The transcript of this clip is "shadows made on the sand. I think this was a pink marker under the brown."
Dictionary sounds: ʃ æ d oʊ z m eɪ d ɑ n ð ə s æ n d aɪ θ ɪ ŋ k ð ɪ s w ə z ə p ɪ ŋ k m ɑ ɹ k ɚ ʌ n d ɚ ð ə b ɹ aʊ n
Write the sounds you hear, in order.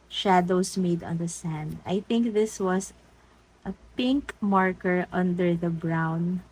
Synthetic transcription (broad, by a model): ʃ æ d oʊ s m eɪ d ɑ n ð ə s æ n d aɪ θ ɪ ŋ k ð ɪ s w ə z ə p ɪ ŋ k m ɑ ɹ k ɚ ʌ n d ɚ ð ə b ɹ aʊ n